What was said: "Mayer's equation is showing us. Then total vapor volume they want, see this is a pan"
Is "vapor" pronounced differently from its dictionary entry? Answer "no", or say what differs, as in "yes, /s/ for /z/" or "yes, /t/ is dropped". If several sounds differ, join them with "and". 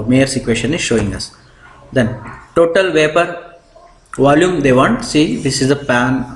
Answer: no